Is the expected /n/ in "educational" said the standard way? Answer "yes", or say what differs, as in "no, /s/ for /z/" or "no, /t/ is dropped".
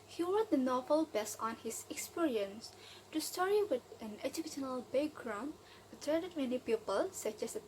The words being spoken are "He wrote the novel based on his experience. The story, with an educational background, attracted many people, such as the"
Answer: yes